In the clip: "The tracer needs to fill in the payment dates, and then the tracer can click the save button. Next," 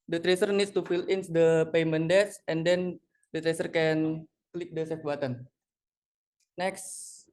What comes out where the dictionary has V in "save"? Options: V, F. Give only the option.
F